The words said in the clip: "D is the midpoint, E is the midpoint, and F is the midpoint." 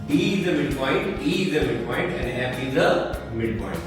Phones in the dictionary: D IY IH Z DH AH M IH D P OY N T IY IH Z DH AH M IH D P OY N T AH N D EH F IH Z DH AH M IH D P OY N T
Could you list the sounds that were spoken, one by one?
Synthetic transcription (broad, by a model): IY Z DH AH M IH D P OY N T IY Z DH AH M IH D P OY N T AH N D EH P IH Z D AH M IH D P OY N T